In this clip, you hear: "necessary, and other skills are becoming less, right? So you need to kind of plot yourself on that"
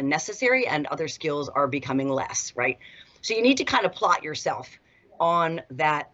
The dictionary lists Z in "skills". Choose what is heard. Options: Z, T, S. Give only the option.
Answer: Z